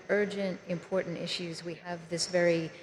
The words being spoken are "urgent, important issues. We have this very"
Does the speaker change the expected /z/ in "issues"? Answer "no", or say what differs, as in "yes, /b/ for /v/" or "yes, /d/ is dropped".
no